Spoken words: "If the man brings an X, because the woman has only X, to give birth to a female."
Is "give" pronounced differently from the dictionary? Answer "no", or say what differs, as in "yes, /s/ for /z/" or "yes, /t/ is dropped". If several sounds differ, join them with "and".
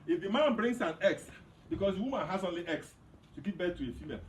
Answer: yes, /p/ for /v/